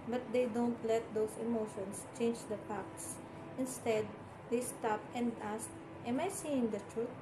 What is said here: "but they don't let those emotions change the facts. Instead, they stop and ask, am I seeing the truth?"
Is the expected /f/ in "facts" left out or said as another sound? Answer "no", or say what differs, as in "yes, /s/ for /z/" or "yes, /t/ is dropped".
yes, /p/ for /f/